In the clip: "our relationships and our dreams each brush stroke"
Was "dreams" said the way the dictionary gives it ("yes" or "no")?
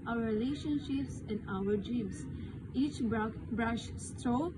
no